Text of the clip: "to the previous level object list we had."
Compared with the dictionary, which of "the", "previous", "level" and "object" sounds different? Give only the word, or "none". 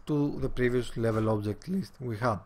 none